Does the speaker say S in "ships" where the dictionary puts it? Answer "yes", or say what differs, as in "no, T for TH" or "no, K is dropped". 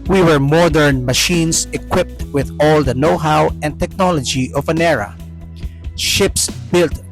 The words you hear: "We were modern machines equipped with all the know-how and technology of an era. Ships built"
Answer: yes